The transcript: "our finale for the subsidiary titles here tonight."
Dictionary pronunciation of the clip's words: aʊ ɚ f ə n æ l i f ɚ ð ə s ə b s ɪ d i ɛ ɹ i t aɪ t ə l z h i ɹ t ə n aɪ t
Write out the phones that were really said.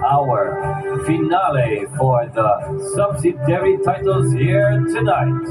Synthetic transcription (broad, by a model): aʊ ɚ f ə n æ l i f ɚ ð ə s ə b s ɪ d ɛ ɹ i t aɪ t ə l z h i ɹ t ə n aɪ t